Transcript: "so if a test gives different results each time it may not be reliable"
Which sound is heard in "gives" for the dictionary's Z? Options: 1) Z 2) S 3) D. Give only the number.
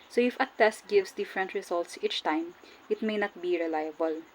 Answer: 2